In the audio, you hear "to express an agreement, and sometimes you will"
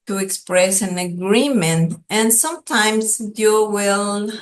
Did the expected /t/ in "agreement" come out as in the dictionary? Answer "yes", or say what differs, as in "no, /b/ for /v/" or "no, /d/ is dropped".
yes